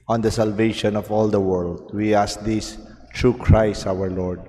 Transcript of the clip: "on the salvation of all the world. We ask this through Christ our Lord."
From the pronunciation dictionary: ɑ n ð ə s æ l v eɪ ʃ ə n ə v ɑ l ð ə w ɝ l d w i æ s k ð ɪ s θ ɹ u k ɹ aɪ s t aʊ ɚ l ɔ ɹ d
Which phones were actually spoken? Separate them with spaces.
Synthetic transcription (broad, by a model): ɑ n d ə s æ l v eɪ ʃ ə n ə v ɑ l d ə w ɝ l d w i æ s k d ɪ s t ɹ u k ɹ aɪ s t aʊ ɚ l ɔ ɹ d